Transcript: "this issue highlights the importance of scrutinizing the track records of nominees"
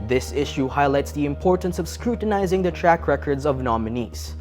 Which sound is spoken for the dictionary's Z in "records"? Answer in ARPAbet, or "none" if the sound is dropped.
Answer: Z